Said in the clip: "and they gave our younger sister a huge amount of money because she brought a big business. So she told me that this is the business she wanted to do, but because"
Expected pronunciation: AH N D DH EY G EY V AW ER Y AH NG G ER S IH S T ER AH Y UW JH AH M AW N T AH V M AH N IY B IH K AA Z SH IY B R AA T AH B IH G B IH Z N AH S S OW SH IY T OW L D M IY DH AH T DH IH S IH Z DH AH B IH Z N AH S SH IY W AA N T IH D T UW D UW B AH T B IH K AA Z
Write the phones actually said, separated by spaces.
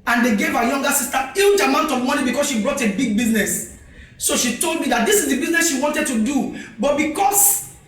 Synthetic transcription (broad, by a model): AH N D EY G EY V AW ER Y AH NG G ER S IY S T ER AH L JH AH M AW N T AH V M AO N IY B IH K AA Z SH IY B R AA T AH B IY G B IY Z N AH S S OW SH IY T OW L D M IY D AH T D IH S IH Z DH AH B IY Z N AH S SH IY W AA N T IH D T UW D UW B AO T B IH K AA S